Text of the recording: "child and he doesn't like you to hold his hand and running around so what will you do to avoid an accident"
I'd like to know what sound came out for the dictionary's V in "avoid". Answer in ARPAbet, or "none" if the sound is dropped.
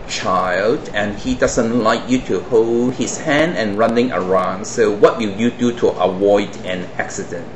W